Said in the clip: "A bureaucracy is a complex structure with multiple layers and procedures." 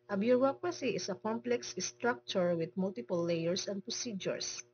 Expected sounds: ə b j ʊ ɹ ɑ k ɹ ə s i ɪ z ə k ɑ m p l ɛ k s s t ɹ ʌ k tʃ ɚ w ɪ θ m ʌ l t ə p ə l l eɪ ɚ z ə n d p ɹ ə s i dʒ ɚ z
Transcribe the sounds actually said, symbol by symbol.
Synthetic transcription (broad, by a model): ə b j ʊ ɹ ɑ k ɹ ə s i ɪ s ə k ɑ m p l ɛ k s s t ɹ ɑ k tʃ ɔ w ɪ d m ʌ l t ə p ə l l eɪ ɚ s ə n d p ɹ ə s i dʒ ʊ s